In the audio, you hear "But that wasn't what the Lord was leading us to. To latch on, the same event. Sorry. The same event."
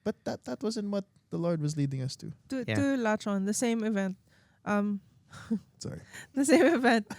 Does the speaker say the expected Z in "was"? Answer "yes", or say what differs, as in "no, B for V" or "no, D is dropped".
yes